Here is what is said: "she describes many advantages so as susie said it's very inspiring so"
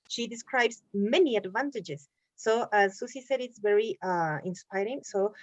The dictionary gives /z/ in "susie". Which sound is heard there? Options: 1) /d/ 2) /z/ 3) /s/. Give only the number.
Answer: 3